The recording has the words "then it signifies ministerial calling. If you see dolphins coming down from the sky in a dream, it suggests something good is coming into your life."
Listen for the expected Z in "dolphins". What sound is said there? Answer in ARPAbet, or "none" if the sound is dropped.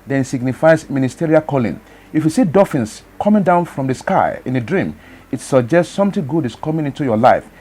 S